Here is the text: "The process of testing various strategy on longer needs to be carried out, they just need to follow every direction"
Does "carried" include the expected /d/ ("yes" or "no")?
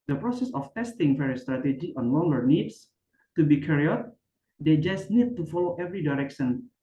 no